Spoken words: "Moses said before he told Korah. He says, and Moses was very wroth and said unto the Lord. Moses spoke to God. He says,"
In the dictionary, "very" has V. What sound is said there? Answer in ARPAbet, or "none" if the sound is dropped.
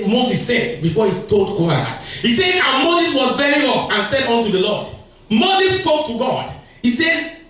B